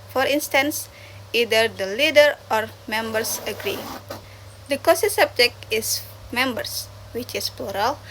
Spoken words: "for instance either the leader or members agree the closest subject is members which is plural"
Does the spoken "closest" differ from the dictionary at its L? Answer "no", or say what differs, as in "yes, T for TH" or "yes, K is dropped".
yes, L is dropped